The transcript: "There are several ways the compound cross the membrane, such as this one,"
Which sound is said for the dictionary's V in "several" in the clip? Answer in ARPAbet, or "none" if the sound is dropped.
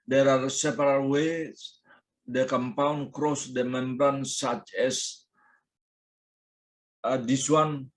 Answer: P